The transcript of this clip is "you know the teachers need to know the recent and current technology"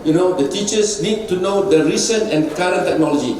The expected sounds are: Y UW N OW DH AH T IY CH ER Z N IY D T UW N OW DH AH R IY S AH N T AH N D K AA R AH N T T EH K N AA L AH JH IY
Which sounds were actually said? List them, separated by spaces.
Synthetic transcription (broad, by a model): Y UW N OW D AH T IY CH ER S N IY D T UW N OW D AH R IY S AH N AH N K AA R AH N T T EH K N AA L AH JH IY